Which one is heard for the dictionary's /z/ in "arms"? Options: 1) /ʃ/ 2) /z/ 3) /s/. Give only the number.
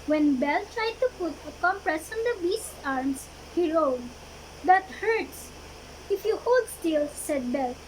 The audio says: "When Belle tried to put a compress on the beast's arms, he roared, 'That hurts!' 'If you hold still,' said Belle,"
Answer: 3